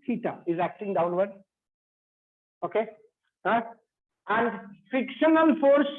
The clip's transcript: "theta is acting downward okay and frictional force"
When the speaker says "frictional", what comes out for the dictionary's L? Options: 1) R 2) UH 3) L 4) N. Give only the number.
4